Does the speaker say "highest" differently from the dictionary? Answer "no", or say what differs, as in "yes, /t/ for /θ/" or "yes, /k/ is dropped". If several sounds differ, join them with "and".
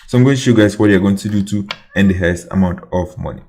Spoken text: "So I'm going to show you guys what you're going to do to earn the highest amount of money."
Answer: yes, /t/ is dropped